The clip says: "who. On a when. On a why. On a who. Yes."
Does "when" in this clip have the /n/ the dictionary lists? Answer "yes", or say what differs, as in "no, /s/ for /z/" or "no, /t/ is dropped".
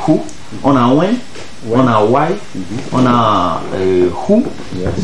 no, /n/ is dropped